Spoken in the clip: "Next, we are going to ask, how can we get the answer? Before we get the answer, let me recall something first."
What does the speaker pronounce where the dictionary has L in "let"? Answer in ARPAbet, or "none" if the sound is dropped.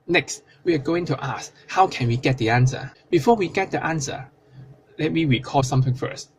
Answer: L